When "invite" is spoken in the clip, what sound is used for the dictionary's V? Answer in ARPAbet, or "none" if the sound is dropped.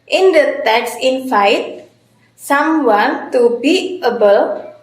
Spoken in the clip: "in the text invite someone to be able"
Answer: F